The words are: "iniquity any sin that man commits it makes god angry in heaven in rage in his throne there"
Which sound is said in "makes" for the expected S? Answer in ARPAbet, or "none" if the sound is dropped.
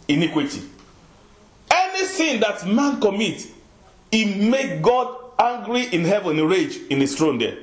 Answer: none